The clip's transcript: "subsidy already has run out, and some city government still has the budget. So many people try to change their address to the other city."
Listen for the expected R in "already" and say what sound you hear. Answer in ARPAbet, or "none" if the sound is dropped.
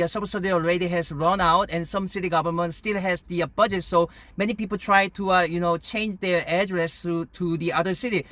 R